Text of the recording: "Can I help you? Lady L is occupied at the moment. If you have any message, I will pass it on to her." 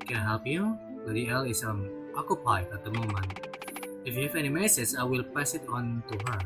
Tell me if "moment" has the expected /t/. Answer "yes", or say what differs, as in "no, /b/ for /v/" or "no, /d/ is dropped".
no, /t/ is dropped